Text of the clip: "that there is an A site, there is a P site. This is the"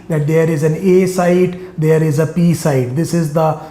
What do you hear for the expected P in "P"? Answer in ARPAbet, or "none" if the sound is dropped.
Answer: P